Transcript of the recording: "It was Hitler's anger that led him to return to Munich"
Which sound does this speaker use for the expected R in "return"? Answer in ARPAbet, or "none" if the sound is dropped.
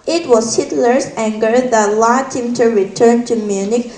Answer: R